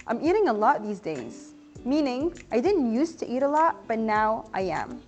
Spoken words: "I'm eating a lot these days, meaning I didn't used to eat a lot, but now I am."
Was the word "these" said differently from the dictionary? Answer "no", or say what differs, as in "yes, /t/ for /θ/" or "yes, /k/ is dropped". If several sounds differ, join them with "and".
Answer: no